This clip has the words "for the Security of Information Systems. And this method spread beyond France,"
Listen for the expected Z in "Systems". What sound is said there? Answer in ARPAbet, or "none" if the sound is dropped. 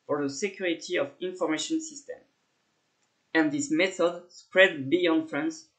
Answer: none